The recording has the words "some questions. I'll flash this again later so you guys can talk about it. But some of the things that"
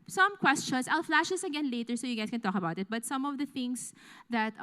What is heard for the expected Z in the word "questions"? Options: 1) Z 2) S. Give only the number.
2